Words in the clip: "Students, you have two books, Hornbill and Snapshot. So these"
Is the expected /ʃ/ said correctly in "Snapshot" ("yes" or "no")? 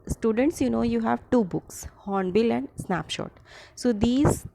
yes